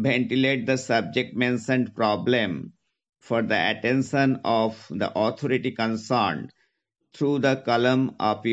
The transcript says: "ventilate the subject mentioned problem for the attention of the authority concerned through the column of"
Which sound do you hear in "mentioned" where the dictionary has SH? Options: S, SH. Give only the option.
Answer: S